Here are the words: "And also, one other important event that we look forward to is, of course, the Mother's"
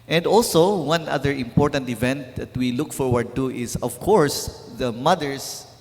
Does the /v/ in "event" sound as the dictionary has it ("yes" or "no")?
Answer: yes